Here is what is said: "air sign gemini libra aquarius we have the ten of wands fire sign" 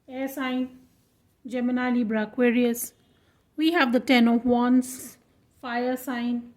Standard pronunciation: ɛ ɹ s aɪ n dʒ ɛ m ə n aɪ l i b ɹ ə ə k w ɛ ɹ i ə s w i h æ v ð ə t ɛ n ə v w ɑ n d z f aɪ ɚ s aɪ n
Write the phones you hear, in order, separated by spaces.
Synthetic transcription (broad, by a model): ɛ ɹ s aɪ n dʒ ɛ m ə n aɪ l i b ɹ ə k w ɛ ɹ i ə s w i h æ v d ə t ɛ n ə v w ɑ n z f aɪ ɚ s aɪ n